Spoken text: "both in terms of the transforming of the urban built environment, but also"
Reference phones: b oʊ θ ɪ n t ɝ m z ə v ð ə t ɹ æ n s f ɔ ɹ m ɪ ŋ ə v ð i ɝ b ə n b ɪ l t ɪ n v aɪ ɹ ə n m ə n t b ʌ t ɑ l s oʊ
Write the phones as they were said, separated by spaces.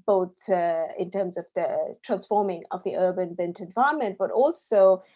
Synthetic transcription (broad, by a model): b oʊ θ ɪ n t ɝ m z ə v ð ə t ɹ æ n s f ɔ ɹ m ɪ ŋ ə v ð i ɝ b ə n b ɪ n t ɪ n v aɪ ə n m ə n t b ʌ t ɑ l s oʊ